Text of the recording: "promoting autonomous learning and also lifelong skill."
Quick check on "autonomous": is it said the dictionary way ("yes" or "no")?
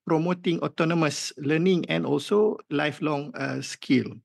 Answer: yes